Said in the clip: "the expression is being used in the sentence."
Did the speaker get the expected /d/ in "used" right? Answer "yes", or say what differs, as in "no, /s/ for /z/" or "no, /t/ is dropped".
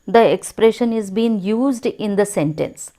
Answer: yes